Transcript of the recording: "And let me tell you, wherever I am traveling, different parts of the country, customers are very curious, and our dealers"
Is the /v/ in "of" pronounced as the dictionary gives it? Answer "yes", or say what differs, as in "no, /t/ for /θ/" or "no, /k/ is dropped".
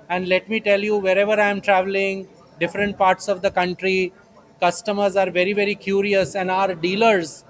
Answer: yes